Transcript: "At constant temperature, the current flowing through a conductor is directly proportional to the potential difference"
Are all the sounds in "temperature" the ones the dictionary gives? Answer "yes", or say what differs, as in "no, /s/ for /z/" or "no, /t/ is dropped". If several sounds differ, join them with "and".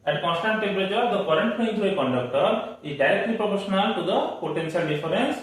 no, /b/ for /p/